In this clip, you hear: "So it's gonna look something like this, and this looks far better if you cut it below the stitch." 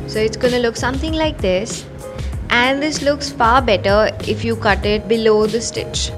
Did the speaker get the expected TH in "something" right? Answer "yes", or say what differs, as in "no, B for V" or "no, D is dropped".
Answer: no, T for TH